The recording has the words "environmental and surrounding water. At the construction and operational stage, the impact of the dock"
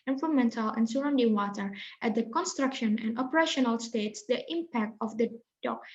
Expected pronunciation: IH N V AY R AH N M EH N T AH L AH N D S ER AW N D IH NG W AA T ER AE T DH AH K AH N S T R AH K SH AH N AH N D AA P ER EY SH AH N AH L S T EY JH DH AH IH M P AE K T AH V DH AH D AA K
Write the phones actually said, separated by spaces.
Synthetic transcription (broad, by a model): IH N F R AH M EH N T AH L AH N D S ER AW N D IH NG W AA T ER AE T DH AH K AH N S T R AH K SH AH N AH N D AA P ER EY SH AH N AH L S T EY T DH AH IH M P AE K T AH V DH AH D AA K